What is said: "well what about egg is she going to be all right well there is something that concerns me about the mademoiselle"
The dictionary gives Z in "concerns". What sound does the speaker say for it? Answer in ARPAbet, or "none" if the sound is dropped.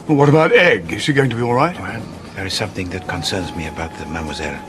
Z